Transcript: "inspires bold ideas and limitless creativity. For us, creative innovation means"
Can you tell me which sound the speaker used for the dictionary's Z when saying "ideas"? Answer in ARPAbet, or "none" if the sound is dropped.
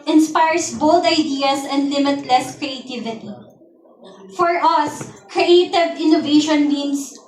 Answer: S